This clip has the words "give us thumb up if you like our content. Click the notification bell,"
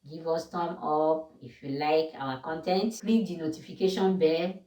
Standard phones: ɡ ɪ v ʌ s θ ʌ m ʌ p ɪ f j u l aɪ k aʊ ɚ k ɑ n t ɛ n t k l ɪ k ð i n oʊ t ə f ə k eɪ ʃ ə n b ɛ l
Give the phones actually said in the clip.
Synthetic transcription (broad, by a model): ɡ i v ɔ s t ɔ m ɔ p ɪ f j u l aɪ k aʊ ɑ k ɑ n t ɛ n t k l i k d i n oʊ t ə f ə k eɪ ʃ ə n b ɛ